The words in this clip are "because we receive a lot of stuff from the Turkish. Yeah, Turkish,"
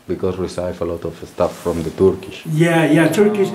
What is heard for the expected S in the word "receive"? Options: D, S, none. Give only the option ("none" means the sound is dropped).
none